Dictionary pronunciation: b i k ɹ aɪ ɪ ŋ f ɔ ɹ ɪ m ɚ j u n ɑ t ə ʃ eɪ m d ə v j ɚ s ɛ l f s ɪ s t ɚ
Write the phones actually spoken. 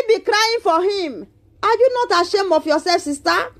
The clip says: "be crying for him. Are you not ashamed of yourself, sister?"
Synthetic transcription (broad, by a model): b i k ɹ aɪ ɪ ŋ f ɔ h ɪ m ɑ j u n ɑ t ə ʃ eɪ m ə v j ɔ s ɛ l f s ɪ s t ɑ